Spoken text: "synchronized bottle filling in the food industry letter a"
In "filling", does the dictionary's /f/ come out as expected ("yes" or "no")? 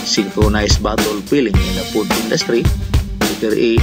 no